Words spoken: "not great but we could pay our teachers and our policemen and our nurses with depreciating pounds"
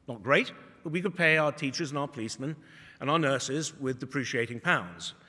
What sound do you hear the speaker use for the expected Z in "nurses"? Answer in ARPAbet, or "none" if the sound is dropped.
Z